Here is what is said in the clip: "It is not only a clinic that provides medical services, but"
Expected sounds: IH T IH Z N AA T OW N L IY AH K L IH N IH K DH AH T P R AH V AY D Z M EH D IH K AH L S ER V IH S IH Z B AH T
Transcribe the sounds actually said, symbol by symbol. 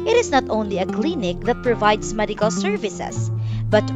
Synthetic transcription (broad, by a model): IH T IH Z N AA T OW N L IY AH K L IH N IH K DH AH T P R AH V AY D S M EH D IH K AH L S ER V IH S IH S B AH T